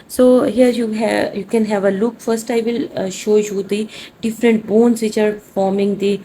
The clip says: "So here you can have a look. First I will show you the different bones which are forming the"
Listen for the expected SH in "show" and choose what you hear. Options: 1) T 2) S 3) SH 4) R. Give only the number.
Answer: 3